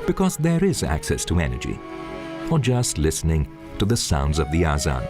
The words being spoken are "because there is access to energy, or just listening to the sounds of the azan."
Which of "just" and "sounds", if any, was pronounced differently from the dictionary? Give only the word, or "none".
none